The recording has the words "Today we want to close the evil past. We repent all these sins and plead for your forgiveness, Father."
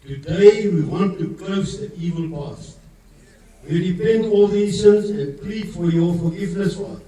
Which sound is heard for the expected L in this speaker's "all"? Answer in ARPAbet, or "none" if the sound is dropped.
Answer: L